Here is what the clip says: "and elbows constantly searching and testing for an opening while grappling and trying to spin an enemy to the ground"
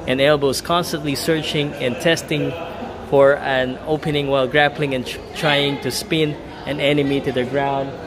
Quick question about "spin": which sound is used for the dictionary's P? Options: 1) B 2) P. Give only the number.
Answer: 2